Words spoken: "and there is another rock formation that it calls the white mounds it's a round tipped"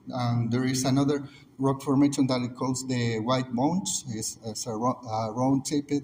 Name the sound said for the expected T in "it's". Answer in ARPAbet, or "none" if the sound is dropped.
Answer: S